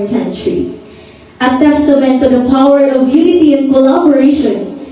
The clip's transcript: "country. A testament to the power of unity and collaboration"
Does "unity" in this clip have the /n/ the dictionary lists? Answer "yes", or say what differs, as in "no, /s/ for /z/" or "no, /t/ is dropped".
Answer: yes